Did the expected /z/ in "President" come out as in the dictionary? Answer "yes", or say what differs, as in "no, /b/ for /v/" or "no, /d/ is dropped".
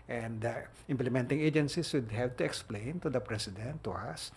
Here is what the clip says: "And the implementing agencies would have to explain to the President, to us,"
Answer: no, /s/ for /z/